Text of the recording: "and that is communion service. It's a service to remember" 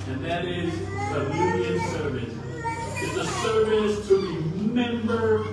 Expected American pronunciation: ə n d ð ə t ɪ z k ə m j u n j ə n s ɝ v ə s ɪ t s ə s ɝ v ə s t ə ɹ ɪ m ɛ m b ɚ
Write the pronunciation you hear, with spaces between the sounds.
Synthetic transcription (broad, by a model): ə n ð ə t ɪ z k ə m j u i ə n s ɝ v ə s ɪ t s ə s ɝ v ə s t ə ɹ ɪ m ɛ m b ɚ